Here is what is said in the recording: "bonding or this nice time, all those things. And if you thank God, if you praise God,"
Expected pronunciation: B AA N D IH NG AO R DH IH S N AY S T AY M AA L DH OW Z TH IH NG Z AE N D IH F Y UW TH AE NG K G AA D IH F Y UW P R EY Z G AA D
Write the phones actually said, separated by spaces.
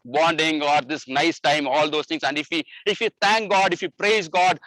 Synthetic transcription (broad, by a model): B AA N D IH NG AO R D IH S N AY S T AY M AA L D OW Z T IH NG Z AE N D IH F Y UW T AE NG K G AA D IH F Y UW P R EY Z G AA D